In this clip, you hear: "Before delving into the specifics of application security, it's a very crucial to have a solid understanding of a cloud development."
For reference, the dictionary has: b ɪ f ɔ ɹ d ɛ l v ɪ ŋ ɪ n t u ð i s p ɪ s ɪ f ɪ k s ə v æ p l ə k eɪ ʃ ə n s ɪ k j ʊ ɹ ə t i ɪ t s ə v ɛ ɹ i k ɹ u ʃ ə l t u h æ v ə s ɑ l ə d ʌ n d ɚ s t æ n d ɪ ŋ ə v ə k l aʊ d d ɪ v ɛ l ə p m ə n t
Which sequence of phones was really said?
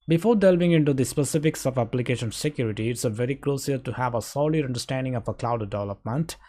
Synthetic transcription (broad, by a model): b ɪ f ɔ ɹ d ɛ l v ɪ ŋ ɪ n t u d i s p ɪ s ɪ f ɪ k s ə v æ p l ə k eɪ ʃ ə n s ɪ k j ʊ ɹ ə t i ɪ t s ə v ɛ ɹ i k l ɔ s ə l t u h æ v ə s ɑ l ə d ʌ n d ɚ s t æ n d ɪ ŋ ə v ə k l aʊ d d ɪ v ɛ l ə p m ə n t